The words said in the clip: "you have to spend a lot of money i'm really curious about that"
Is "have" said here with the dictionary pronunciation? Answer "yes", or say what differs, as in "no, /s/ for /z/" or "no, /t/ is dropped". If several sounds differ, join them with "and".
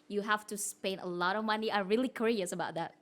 no, /f/ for /v/